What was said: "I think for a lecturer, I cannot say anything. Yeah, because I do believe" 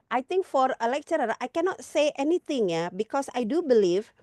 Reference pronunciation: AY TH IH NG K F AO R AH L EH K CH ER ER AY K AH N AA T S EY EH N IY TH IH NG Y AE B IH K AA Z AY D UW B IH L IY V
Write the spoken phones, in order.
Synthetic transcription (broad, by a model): AY T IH NG K F AO R AH L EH K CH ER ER AY K AH N AA T S EY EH N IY T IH NG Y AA B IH K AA S AY D UW B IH L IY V